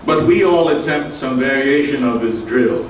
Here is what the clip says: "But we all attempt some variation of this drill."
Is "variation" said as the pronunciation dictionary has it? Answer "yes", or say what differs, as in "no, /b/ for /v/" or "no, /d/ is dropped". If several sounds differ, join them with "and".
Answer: yes